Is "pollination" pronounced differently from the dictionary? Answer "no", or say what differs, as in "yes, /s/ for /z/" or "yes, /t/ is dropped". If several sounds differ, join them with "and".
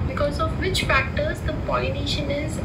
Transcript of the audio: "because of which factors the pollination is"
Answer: yes, /l/ is dropped